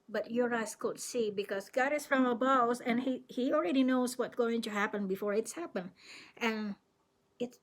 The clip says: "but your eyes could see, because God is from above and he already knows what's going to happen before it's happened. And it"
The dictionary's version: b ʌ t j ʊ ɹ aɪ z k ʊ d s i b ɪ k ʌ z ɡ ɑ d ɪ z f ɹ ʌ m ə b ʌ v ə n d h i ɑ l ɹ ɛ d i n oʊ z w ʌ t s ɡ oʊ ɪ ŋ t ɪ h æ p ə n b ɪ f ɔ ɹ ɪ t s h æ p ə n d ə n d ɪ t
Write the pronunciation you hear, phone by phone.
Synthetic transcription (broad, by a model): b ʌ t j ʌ ɹ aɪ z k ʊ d s i b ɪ k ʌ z ɡ ɑ d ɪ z f ɹ ʌ m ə b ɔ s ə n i h i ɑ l ɹ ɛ d i n oʊ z w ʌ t ɡ oʊ ɪ ŋ t ɪ h æ p ə n b ɪ f ɔ ɹ ɪ t s h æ p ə n ə n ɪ t